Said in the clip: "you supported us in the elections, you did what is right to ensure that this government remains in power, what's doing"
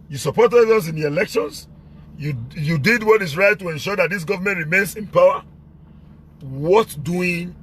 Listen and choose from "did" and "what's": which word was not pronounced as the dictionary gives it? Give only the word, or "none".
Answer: what's